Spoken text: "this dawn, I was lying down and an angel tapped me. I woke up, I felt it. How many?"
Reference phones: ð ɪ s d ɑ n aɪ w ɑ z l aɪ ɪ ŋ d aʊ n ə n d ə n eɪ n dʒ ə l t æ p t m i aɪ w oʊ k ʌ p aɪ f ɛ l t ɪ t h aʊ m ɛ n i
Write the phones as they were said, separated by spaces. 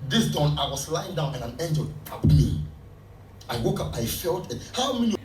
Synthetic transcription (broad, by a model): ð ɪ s d ɑ n aɪ w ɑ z l aɪ ɪ ŋ d aʊ n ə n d ə n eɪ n dʒ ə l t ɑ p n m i aɪ w oʊ k ʌ p aɪ f ɛ l t ɪ t h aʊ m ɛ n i